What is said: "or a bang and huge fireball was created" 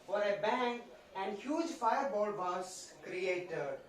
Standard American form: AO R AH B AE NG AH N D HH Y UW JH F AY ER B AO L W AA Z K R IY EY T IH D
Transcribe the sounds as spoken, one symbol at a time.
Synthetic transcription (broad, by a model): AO R AH B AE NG AH N D HH Y UW JH F AY ER B AO L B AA S K R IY EY T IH D